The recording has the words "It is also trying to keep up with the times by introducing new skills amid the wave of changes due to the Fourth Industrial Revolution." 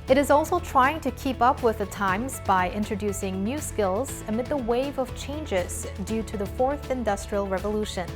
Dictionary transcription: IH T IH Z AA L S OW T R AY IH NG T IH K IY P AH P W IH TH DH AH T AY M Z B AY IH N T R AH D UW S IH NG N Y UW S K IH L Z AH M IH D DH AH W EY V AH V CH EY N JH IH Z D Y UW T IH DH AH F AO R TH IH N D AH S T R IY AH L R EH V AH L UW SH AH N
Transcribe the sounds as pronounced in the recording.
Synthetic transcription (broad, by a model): IH T IH Z AA L S OW T R AY IH NG T IH K IY P AH P W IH DH AH T AY M Z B AY IH N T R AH D UW S IH NG N Y UW S K IH L Z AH M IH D DH AH W EY V AH V CH EY N JH IH Z D Y UW T IH DH AH F AO R TH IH N D AH S T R IY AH L R EH V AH L UW SH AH N